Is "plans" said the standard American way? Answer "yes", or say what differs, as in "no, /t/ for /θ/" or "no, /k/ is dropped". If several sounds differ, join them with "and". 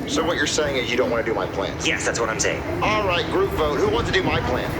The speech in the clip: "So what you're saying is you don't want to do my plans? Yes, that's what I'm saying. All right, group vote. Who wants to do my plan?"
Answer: no, /z/ is dropped